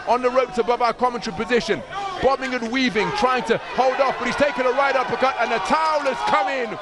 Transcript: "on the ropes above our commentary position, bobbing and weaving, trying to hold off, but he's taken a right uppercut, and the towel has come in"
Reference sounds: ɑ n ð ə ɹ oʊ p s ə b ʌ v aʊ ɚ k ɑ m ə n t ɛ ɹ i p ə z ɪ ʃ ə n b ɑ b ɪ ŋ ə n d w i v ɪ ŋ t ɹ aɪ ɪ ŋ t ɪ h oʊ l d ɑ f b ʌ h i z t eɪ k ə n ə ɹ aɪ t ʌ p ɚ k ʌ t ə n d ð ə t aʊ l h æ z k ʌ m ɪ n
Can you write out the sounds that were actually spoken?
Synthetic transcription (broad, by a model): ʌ n ð ə ɹ oʊ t s ə b ʌ v aʊ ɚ k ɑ m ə n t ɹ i p ə z ɪ ʃ ə n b ɑ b ɪ ŋ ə n w i v ɪ ŋ t ɹ aɪ ɪ ŋ t ɪ h oʊ l d ɑ f b ʌ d i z t eɪ k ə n ə ɹ aɪ t ʌ p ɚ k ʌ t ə n ð ə t aʊ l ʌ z k ʌ m ɪ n